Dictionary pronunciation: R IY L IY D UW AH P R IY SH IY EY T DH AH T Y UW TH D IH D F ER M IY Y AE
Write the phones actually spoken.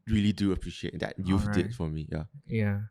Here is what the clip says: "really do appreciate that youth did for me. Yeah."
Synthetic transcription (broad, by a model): R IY L IY D UW AH P R IY SH IY EY T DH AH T Y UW F D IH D F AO M IY Y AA